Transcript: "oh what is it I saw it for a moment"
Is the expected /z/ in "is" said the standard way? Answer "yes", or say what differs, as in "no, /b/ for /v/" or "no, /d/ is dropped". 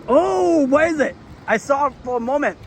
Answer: yes